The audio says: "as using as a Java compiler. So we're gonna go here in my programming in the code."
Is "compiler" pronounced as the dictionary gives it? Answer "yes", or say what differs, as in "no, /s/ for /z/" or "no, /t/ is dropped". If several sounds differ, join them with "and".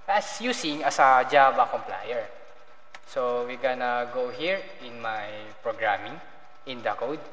no, /l/ is dropped